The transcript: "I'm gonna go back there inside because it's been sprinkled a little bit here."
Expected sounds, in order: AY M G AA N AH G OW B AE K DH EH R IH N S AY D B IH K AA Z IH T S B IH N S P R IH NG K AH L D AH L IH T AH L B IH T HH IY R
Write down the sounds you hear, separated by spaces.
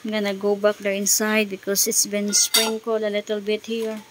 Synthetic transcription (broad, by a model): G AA N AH G OW B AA K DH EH R IH N S AY D B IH K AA S IH T S B IH N S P R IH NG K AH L AH L IH T AH L B IH T HH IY R